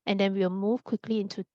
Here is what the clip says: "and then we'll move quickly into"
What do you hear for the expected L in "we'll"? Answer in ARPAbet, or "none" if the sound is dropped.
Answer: W